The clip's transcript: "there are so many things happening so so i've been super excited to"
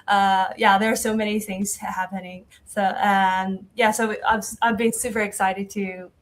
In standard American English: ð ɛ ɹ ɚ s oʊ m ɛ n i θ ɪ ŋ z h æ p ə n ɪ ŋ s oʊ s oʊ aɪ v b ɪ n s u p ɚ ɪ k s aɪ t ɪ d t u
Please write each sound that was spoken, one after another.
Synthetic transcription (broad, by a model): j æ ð ɚ s oʊ m ɛ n i θ ɪ ŋ z h æ p ə n ɪ ŋ s oʊ s oʊ aɪ v b ɪ n s u p ɚ ɪ k s aɪ t ɪ d t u